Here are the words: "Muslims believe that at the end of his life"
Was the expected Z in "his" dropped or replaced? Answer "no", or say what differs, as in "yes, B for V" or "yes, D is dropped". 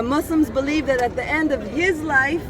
no